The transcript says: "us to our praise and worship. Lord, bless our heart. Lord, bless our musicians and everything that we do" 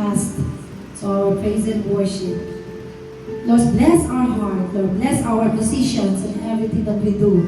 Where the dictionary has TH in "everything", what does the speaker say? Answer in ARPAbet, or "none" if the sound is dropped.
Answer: T